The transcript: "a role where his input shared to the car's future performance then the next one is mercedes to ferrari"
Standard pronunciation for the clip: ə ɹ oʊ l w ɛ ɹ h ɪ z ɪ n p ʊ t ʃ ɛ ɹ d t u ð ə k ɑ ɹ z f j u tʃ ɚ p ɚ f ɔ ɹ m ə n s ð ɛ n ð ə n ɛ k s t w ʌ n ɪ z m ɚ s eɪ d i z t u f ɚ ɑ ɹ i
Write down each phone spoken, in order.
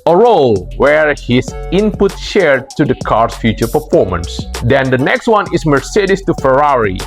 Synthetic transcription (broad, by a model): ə ɹ oʊ l w ɛ ɹ h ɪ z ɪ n p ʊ t ʃ ɛ ɹ d t u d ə k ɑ ɹ s f j u tʃ ɚ p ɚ f ɔ ɹ m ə n s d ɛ n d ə n ɛ k s t w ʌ n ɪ s m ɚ s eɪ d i s t u f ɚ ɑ ɹ i